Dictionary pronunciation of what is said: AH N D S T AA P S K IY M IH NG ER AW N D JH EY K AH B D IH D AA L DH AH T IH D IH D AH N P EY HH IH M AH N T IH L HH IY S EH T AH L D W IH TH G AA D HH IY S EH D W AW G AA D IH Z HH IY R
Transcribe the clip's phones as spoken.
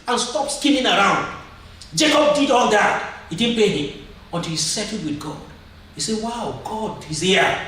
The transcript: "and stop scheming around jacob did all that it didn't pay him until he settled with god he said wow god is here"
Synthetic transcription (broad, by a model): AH N S T AA P S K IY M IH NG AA AW N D JH EY K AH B D IH D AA N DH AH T IH D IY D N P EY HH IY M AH N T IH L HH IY S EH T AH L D W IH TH G AA D HH IY S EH W AW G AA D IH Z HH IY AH